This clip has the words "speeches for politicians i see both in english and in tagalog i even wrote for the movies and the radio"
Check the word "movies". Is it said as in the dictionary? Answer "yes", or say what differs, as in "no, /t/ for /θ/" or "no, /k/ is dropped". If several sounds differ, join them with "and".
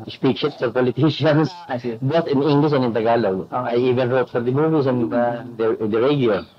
no, /s/ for /z/